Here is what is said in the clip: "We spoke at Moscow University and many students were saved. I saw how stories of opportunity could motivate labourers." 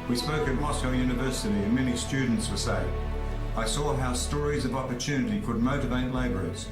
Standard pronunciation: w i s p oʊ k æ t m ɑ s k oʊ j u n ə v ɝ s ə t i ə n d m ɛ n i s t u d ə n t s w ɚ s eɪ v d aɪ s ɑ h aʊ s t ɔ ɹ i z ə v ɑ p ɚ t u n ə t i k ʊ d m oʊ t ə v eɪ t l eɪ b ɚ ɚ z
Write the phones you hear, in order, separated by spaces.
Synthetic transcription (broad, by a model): w i s p oʊ k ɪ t m ɑ s k oʊ j u n ə v ɝ s ə t i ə n m ɛ n i s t u d n t s w ɚ s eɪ aɪ s ɑ h aʊ s t ɔ ɹ i z ə v ɑ p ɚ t u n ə t i k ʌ d m oʊ t ə v eɪ t l eɪ b ɚ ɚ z